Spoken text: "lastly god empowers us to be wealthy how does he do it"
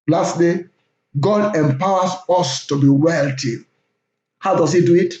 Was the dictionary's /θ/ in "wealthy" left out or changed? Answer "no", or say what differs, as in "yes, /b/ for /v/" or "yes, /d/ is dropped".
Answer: yes, /t/ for /θ/